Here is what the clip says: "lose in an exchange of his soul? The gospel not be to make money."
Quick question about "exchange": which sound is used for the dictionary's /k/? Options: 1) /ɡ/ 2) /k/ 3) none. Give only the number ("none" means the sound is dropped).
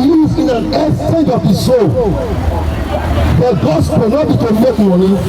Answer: 3